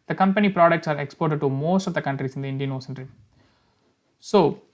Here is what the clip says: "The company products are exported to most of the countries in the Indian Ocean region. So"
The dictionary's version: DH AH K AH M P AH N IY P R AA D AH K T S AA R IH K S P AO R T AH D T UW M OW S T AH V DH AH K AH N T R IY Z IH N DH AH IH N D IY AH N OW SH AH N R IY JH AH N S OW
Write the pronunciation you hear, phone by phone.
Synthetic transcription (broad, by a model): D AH K AH M P AH N IY P R AA D AH K T S AA R IH K S P AO R T AH D T UW M OW S T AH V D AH K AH N T R IY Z IH N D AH IH N D IY AH N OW S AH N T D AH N S OW